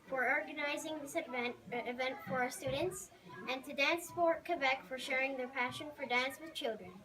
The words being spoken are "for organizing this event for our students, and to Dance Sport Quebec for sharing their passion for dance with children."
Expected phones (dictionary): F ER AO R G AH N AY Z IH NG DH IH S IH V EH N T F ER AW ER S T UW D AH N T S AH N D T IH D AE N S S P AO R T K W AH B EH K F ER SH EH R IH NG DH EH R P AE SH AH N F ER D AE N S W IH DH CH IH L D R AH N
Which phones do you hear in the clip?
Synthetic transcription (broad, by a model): F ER AO R G AH N AY Z IH NG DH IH S IH V EH N T F ER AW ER S T UW D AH N T S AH N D T IH D AE N S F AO R K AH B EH K F ER SH EH R IH NG DH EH R P AE SH AH N F ER D AE N S W IH DH CH IH L D R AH N